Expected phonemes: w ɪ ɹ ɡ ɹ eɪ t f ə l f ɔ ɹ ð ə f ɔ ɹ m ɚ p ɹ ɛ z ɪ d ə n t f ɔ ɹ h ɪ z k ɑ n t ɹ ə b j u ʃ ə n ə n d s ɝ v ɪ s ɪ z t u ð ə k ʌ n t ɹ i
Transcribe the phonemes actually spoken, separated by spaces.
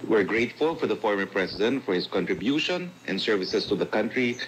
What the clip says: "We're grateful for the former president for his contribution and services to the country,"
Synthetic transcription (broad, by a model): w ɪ ɹ ɡ ɹ eɪ t f ə l f ɔ ɹ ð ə f ɔ ɹ m ɚ p ɹ ɛ s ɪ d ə n t f ɔ ɹ h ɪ s k ɑ n t ɹ ə b j u ʃ ə n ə n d s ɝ v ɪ s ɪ s t u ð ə k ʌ n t ɹ i